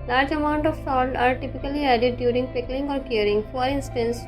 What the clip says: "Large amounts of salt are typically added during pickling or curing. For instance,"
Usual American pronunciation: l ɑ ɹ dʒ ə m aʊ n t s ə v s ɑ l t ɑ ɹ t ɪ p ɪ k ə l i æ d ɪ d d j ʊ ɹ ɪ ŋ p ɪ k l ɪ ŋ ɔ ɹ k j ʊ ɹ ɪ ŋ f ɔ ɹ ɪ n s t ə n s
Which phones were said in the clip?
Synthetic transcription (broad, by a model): l ɑ ɹ dʒ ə m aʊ n t ə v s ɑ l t ɑ ɹ t ɪ p ɪ k ə l i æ d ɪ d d j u ɹ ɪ ŋ p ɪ k l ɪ ŋ ɔ ɹ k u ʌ ɹ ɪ ŋ f ɔ ɹ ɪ n s t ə n s